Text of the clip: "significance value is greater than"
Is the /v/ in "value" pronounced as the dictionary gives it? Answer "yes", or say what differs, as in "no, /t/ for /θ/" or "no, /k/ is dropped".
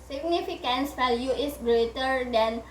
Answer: no, /f/ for /v/